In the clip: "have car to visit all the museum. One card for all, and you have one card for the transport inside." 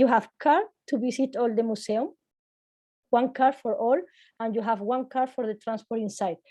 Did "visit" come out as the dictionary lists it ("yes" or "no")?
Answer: no